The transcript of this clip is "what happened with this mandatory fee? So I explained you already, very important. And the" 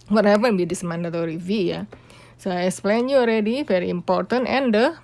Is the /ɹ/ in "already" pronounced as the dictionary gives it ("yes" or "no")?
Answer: yes